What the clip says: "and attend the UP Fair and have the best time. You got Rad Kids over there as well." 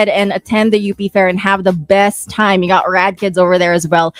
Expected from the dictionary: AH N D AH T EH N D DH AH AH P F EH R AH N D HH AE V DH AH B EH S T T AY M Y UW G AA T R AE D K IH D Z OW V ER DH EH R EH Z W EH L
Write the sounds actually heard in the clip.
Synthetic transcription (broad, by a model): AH N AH T EH N DH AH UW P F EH R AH N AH V DH AH B EH S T T AY M Y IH G AA T R AE D K IH D Z OW V ER DH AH R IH Z W EH L